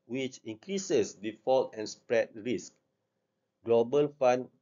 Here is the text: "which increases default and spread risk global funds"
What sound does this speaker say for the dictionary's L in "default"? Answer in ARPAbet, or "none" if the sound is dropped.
L